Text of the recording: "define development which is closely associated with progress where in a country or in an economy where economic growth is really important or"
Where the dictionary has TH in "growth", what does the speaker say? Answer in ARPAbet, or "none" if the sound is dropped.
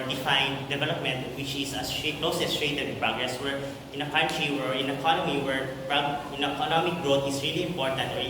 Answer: T